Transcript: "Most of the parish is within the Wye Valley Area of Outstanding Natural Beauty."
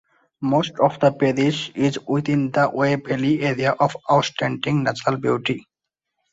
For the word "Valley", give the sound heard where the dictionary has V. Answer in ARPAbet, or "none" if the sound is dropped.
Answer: B